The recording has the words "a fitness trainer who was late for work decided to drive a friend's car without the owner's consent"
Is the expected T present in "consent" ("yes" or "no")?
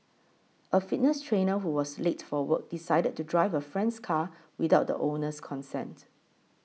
yes